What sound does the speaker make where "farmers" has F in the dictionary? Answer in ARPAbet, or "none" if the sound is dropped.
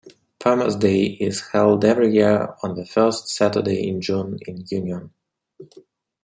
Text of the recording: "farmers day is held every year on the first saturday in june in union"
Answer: P